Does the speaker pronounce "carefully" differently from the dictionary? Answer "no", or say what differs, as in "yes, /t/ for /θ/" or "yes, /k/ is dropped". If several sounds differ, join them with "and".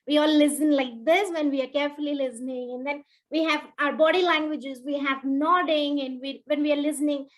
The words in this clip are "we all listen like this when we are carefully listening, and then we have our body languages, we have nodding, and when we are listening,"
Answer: no